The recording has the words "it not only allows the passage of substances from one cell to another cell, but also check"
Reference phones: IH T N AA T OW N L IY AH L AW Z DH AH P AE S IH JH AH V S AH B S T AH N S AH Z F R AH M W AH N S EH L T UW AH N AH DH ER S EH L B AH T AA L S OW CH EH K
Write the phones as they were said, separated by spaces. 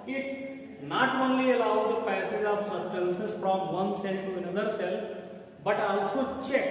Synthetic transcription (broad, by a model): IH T N AA T OW N L IY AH L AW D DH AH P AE S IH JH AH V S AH S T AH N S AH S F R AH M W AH N S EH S T UW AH N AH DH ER S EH L B AH T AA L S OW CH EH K